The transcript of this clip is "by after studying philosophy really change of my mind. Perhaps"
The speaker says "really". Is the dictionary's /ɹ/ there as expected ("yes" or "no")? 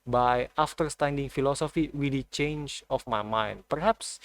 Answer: no